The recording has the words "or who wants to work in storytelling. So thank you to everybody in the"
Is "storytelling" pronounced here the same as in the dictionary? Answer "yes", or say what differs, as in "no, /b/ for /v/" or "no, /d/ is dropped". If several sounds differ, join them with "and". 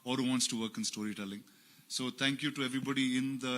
yes